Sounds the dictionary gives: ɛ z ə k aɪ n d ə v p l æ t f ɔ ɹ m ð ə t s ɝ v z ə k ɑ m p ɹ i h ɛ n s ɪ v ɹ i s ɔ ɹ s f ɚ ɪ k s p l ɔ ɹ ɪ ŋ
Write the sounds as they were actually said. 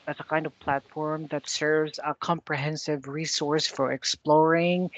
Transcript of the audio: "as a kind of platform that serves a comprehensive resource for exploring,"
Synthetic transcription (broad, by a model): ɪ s ə k aɪ n d ə v p l æ t f ɔ ɹ m ð ə t s ɝ v z ə k ɑ m p ɹ i h ɛ n s ɪ v ɹ i s ɔ ɹ s f ɚ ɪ k s p l ɔ ɹ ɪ ŋ